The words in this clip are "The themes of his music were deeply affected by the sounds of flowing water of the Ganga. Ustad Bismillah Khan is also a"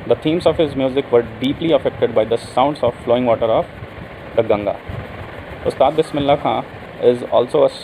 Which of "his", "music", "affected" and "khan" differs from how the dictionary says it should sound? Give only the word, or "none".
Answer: khan